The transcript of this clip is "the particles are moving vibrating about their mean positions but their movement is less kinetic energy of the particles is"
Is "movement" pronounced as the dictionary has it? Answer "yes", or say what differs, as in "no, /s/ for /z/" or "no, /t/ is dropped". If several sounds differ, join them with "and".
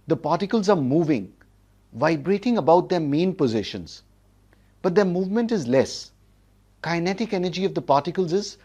yes